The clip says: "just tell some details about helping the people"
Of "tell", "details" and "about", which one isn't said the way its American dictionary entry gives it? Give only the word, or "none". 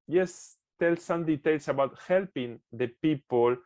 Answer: details